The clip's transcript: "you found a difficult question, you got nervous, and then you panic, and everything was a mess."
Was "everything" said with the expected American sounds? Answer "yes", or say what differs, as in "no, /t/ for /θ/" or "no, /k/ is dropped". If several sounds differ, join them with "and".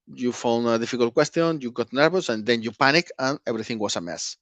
no, /b/ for /v/